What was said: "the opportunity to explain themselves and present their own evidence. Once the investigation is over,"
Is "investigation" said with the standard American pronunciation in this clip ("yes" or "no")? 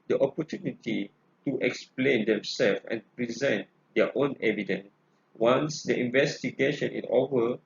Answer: yes